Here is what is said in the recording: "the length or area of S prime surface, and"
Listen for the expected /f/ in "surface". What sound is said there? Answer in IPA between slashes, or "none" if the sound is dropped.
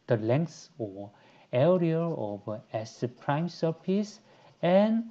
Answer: /p/